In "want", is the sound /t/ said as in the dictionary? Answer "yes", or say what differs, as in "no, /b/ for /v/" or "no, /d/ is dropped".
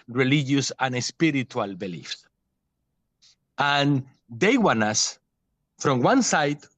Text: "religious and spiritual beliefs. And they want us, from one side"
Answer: no, /t/ is dropped